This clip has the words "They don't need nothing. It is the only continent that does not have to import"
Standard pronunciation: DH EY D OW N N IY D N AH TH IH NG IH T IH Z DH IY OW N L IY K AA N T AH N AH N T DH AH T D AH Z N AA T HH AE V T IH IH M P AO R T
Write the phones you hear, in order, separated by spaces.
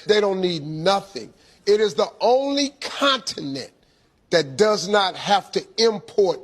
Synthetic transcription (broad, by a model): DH EY D OW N N IY D N AH TH IH NG IH T IH Z DH IY OW N L IY K AA N T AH N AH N DH AH T D AH Z N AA T HH AE F T IH IH M P AO R T